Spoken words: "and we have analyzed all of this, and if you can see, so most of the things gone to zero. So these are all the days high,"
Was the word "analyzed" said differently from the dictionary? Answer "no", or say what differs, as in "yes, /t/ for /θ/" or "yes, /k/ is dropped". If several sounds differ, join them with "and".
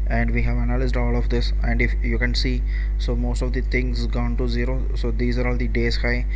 no